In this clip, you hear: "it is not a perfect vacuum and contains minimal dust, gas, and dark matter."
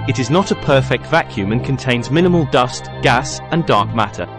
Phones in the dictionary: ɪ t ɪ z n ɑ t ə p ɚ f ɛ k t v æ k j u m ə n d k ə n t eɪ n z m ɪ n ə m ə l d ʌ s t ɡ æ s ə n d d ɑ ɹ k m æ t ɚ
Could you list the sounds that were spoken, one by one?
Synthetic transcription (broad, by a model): ɪ t ɪ z n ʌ t ə p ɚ f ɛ k t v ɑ k j u m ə n k ə n t eɪ n z m ɪ n ə m ə l d ʌ s t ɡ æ s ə n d d ɑ ɹ k m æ t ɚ